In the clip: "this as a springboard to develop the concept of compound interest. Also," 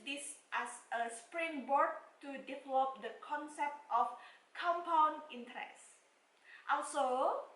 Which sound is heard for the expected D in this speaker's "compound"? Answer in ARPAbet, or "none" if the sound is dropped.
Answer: none